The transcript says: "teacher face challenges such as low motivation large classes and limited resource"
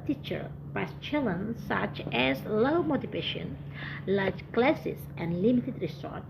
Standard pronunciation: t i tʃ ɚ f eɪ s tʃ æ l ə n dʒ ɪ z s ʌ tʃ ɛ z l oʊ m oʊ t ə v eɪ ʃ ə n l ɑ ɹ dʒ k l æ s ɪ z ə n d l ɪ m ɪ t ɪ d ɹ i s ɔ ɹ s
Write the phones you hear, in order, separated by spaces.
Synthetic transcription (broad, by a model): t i tʃ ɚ p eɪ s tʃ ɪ l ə n s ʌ tʃ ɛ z l oʊ m oʊ t ə v eɪ ʃ ə n l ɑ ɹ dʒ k l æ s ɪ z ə n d l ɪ m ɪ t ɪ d ɹ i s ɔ ɹ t